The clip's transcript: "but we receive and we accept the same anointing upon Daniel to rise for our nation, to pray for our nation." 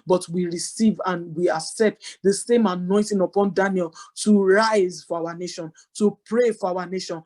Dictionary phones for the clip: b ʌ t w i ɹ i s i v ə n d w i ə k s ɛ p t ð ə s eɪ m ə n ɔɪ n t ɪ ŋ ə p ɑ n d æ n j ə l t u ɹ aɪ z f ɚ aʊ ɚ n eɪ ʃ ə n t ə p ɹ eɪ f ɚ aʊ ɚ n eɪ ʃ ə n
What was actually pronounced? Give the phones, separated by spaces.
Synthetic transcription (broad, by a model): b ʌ t w i ɹ i s i v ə n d w i ə k s ɛ p t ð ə s eɪ m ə n ɔɪ n t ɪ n ə p ɑ n d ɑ n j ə l t u ɹ aɪ z f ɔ aʊ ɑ n eɪ ʃ ə n t ə p ɹ eɪ f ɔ aʊ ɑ n eɪ ʃ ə n